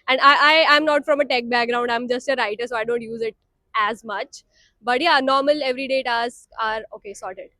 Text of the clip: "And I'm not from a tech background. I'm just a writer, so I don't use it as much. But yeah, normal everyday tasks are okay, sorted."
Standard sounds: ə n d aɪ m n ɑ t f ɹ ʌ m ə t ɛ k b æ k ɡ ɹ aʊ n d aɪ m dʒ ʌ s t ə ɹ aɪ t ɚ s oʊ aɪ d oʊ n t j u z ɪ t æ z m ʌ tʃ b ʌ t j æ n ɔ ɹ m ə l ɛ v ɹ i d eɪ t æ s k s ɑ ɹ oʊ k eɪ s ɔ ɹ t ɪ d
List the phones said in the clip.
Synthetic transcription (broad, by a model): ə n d aɪ m n ɑ t f ɹ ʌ m ə t ɛ k b æ k ɡ ɹ aʊ n d aɪ m dʒ ʌ s t ə ɹ aɪ t ɚ s oʊ aɪ d oʊ n t j u z ɪ t æ z m ʌ tʃ b ʌ t j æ n ɔ ɹ m ə l ɛ v ɹ i d eɪ t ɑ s k ɑ ɹ oʊ k eɪ s ɔ ɹ t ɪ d